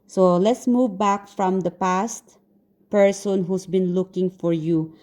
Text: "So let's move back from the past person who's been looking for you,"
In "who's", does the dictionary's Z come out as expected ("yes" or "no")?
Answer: no